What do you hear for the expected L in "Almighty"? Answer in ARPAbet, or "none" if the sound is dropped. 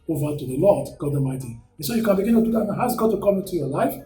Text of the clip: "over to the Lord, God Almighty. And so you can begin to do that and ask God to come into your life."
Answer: none